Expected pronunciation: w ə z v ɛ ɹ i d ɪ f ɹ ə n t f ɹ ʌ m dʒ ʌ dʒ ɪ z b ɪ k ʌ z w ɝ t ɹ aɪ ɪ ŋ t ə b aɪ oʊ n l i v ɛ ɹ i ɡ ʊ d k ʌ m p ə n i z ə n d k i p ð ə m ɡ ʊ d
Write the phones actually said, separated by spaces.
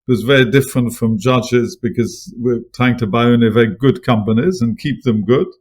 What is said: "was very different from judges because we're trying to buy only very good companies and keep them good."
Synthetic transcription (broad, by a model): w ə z v ɛ ɹ i d ɪ f ɹ ə n t f ɹ ʌ m dʒ ʌ dʒ ɪ z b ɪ k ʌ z w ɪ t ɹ aɪ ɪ ŋ t ə b aɪ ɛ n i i v ɛ ɹ i ɡ ʊ d k ʌ m p ə n i z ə n k i p ð ə m ɡ ʊ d